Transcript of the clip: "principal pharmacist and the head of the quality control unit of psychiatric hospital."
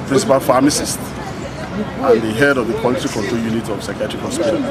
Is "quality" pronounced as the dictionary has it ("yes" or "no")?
no